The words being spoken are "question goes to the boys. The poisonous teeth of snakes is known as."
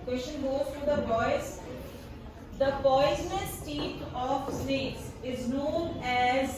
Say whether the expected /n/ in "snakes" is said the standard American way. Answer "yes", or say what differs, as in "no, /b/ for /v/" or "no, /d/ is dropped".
no, /n/ is dropped